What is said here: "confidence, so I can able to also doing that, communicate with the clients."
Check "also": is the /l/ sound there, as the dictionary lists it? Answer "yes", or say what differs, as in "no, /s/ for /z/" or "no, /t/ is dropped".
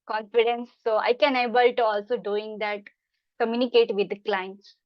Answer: yes